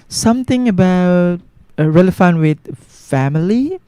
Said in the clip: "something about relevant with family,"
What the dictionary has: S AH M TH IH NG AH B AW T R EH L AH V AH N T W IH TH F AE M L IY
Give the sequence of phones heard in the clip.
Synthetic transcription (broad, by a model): S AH M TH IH NG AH B AW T R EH L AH F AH N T W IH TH F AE M L IY